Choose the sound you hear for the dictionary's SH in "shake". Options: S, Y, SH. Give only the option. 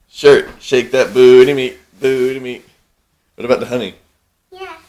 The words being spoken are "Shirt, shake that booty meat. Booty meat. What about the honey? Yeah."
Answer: SH